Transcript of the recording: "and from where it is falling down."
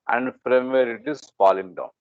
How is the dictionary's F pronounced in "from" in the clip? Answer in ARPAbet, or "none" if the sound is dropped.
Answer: P